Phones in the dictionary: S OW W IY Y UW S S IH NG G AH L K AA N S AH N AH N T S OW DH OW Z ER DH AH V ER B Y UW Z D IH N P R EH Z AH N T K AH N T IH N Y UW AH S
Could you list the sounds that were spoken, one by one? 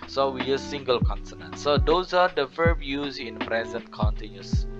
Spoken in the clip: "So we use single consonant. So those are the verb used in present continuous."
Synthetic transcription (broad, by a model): S OW W IY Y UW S S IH NG G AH L K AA N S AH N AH N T S OW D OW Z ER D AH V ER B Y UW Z IH N P R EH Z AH N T K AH N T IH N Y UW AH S